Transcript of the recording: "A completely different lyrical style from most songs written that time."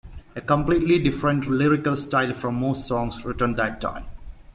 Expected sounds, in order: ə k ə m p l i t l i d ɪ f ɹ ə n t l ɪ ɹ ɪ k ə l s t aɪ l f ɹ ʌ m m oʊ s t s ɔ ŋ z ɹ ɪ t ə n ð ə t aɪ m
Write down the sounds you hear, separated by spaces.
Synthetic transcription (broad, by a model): ə k ə m p l i t l i d ɪ f ɹ ə n t l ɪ ɹ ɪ k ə l s t aɪ l f ɹ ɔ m m oʊ s t s ɔ ŋ s ɹ ɪ t ə n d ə t aɪ m